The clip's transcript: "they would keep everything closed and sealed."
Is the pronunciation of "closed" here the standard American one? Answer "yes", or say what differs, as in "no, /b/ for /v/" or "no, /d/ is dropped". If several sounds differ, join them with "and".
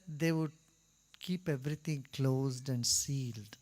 yes